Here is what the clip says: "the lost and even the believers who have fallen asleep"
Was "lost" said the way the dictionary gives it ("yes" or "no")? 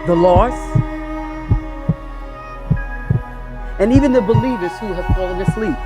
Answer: no